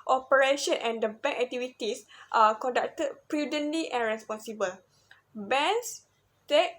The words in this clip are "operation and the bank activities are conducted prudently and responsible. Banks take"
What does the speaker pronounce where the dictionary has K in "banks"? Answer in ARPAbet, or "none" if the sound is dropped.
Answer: none